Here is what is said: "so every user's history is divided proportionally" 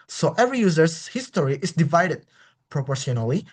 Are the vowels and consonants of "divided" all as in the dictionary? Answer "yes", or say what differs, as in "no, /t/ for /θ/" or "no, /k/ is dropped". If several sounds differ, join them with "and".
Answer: yes